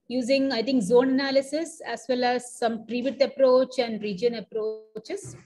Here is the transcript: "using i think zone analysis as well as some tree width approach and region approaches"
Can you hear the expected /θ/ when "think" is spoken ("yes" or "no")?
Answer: no